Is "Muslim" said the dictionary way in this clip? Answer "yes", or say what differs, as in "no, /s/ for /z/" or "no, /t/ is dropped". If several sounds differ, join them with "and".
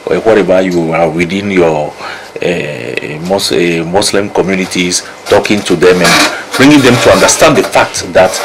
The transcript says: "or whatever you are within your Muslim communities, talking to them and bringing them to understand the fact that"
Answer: no, /s/ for /z/